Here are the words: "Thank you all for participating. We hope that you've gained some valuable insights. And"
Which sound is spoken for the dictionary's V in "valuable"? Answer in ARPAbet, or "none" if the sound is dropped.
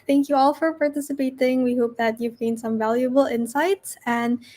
V